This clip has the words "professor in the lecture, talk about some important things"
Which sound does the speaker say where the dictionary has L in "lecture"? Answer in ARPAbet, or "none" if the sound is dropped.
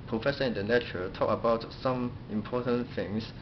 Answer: N